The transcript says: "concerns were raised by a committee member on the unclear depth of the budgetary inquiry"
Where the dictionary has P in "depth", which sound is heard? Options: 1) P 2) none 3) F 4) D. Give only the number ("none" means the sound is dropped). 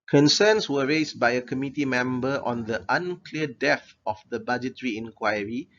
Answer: 2